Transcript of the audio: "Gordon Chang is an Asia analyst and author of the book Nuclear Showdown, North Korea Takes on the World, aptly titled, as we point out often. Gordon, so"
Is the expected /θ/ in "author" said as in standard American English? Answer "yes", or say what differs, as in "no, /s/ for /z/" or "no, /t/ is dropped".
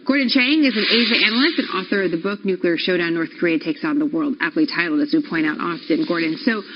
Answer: yes